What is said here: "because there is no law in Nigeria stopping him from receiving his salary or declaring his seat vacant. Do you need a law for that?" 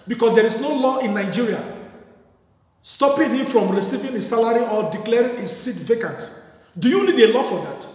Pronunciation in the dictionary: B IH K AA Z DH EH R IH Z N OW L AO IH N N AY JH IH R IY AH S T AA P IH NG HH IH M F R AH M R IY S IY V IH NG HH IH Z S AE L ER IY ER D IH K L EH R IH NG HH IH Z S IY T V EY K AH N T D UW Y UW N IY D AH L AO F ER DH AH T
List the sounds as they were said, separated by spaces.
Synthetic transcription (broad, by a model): B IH K AA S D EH R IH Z N OW L AO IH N N AY JH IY R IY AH S T AA P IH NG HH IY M F R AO M R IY S IY V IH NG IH S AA L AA IY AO D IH K L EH R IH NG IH S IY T V EY K AH N T D UW Y UW N IY D AH L AO F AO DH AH T